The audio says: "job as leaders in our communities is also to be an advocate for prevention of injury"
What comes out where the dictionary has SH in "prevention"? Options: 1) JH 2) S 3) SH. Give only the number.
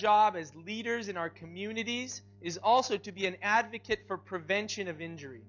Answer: 3